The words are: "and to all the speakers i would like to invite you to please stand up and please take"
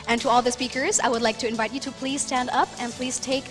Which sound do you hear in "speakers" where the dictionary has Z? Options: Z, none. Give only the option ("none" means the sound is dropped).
Z